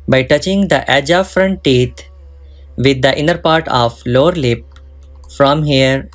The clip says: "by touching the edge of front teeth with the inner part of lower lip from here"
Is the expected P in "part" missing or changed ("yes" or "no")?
no